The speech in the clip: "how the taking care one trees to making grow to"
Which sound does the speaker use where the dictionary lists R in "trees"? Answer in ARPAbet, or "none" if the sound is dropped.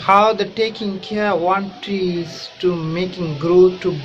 none